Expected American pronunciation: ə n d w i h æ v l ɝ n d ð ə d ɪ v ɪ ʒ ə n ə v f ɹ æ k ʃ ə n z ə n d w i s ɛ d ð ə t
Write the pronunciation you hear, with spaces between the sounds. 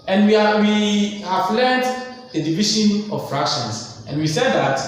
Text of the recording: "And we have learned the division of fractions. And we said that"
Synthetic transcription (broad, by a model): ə n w w i h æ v l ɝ n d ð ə d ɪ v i ʃ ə n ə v f ɹ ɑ k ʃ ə n s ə n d w i s ɛ d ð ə t